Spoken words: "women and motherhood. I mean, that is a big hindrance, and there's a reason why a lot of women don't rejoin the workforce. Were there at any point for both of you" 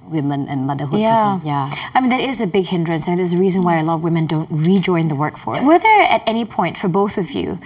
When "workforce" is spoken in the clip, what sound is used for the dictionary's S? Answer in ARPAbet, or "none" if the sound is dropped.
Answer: none